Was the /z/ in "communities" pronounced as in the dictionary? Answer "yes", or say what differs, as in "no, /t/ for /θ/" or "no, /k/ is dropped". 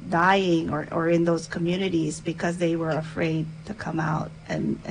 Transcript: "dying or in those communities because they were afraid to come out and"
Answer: yes